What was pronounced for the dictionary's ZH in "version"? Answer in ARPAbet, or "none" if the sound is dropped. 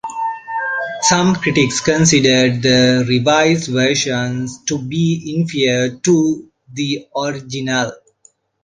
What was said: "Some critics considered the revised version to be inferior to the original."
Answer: SH